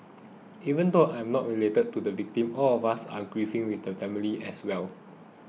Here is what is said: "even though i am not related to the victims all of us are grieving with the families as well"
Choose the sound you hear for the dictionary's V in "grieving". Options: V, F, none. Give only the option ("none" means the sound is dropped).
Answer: F